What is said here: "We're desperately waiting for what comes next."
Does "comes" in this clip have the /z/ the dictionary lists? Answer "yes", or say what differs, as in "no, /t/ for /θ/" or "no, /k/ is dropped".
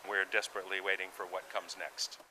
yes